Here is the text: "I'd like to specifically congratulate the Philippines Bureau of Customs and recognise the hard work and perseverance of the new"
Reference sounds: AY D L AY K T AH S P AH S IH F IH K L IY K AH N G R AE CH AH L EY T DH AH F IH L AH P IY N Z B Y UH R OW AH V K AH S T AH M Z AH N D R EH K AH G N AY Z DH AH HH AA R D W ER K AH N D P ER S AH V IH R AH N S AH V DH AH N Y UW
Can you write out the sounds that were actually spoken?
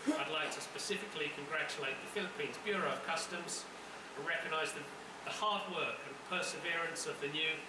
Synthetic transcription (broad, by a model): AY D L AY K T AH S P AH S IH F IH K L IY K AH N G R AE CH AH L EY T DH AH F IH L AH P IY N Z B Y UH R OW AH V K AH S T AH M Z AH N R EH K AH G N AY Z DH AH HH AA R D W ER K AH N P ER S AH V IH R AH N S AH V DH AH N Y UW